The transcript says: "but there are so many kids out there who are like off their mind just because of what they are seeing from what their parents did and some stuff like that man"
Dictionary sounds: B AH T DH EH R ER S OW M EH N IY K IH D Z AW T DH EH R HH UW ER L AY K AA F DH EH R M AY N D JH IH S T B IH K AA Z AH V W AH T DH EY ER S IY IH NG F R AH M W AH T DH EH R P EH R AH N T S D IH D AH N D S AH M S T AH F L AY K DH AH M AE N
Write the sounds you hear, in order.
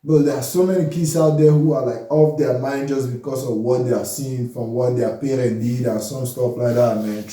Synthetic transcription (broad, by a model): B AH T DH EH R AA S OW M EH N IY K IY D S AW T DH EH HH UW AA L AY K AA F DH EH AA M AY N D JH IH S B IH K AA S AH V W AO T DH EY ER S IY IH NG F R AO M W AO T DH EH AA P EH R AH N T D IH D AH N S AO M S T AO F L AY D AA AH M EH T